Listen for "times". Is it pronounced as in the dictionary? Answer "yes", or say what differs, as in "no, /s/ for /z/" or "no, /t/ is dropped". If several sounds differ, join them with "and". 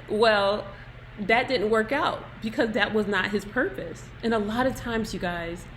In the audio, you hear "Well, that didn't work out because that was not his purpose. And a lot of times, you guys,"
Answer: yes